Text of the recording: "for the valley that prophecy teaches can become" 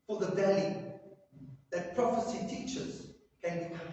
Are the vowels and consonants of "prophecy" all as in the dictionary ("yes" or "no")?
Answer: yes